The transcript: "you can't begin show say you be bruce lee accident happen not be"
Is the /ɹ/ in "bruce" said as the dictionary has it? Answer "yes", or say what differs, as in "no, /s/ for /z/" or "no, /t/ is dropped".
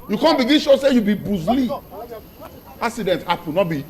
no, /ɹ/ is dropped